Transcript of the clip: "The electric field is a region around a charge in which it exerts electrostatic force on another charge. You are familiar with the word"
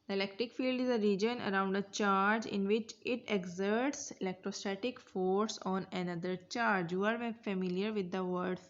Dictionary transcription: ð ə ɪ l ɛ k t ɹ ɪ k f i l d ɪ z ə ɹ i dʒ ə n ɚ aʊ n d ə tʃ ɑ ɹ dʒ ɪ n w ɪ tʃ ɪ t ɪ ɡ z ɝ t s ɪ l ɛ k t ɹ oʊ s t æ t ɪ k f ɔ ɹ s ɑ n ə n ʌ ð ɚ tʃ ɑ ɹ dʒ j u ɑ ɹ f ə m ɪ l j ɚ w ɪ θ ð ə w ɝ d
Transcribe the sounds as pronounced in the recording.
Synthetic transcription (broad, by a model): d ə ɪ l ɛ k t ɹ ɪ k f i l d ɪ z ə ɹ i dʒ ə n ɚ aʊ n d ə tʃ ɑ ɹ dʒ ɪ n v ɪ tʃ ɪ t ɪ ɡ z ɝ t s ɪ l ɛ k t ɹ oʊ s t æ t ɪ k f ɔ ɹ s ɑ n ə n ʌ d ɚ tʃ ɑ ɹ dʒ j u ɑ ɹ f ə m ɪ l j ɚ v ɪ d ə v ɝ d